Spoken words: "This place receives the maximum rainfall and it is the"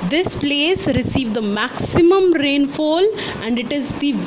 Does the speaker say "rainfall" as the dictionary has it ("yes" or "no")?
yes